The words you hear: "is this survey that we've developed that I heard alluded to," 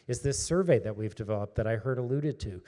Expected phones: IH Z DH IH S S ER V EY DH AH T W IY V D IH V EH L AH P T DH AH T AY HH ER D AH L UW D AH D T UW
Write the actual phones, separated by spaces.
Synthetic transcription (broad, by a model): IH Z DH IH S S ER V EY DH AH T W IY V D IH V EH L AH P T DH AH T AY HH ER D AH L UW D AH D T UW